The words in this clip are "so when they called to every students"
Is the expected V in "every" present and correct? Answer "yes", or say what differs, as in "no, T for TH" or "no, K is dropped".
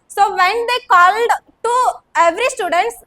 yes